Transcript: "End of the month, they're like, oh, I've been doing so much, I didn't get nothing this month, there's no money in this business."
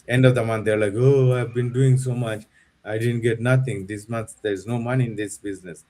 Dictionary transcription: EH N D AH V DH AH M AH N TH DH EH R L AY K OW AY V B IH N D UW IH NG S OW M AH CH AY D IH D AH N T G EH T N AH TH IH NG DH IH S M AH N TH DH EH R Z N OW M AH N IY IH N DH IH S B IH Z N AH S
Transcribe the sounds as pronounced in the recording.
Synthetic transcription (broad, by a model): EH N D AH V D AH M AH N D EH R L AY K OW AY V B IH N D UW IH NG S OW M AH CH AY D IH D AH N T G EH T N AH T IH NG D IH S M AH N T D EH R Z N OW M AH N IY IH N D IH S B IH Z N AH S